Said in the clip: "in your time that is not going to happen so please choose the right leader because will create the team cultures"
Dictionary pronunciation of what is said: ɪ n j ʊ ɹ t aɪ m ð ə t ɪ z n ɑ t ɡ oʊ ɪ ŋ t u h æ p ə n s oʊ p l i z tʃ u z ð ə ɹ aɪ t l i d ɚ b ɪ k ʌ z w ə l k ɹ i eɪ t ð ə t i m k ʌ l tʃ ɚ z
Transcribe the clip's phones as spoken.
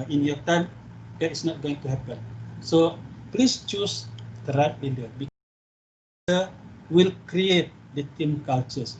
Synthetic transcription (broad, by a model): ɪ n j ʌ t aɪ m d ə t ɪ s n ɑ t ɡ oʊ ɪ ŋ t u h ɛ p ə n s oʊ p l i s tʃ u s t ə ɹ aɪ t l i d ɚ b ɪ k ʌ w ə l k ɹ i eɪ t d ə t i m k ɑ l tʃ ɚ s